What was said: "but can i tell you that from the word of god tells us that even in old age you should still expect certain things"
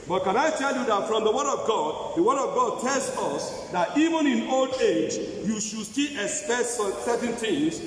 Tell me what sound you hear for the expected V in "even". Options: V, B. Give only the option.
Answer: V